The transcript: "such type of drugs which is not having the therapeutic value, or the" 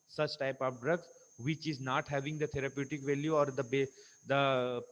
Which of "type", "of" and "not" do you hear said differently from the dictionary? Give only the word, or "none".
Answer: of